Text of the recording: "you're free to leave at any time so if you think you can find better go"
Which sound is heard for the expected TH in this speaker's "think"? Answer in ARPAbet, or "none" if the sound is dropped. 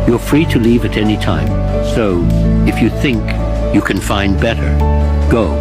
TH